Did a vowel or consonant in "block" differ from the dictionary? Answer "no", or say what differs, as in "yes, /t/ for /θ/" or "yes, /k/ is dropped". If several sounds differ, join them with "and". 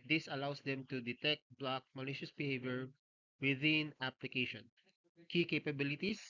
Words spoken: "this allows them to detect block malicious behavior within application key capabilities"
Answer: no